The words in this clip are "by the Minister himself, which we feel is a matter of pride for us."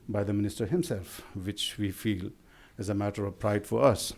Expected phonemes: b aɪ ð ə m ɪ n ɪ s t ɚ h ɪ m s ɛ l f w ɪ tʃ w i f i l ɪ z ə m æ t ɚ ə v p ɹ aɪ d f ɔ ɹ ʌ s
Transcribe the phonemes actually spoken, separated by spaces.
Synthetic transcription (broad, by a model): b aɪ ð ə m ɪ n ɪ s t ɚ h ɪ m s ɛ l f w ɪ tʃ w i f i l ɪ z ə m æ t ɚ ə v p ɹ aɪ d f ɔ ɹ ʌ s